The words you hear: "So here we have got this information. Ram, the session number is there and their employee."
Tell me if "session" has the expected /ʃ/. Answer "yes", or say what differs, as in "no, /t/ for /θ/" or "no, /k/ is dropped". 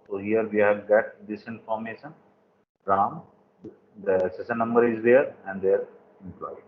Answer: no, /s/ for /ʃ/